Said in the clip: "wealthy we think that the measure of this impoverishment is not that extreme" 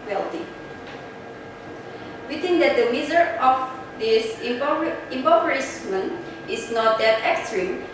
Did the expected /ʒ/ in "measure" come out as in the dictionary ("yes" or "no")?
no